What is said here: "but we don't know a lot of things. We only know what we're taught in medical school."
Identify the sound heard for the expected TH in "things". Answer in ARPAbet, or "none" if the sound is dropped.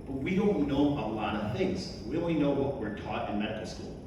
TH